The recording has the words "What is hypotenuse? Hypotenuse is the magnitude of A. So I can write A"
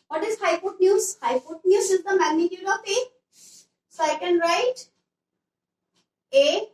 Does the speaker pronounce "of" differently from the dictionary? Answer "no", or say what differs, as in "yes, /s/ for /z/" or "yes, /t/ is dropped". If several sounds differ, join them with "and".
yes, /p/ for /v/